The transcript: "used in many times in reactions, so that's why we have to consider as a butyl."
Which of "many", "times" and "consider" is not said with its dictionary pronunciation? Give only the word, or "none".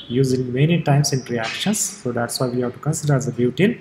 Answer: times